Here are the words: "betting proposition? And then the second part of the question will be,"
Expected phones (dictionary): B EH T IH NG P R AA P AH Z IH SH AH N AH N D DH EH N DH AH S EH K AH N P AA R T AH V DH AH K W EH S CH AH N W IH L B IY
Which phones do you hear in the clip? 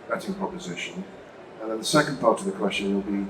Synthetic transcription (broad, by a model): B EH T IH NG P R AA P AH Z IH SH AH N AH N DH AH N DH AH S EH K AH N P AA R T AH V DH AH K W EH S CH AH N W IH L B IY